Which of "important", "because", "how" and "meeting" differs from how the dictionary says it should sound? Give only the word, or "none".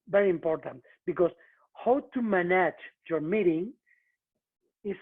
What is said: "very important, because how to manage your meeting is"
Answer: because